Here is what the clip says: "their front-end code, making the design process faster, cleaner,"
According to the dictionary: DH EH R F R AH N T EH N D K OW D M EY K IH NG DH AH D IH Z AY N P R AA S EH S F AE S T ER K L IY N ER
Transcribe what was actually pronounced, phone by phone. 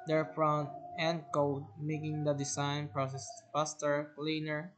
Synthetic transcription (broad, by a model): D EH R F R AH N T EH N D K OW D M EY K IH NG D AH D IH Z AY N P R AA S EH S P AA S T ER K L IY N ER